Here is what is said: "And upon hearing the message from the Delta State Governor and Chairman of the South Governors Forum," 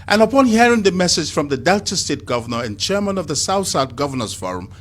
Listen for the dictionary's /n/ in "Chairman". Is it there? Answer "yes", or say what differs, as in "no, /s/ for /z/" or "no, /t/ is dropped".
yes